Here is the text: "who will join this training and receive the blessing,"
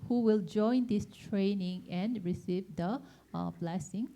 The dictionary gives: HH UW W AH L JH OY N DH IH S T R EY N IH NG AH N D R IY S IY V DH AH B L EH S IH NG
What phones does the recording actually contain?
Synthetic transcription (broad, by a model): HH UW W AH L JH OY N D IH S T R EY N IH NG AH N R IY S IY V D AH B L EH S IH NG